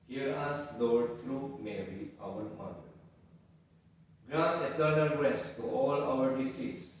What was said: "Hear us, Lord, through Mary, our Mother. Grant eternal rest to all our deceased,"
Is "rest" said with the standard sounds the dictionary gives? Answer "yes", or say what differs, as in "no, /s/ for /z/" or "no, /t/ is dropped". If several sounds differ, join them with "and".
no, /w/ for /ɹ/